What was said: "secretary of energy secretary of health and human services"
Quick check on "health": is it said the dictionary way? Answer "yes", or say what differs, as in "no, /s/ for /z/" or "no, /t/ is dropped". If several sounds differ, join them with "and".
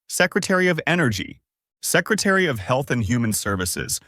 yes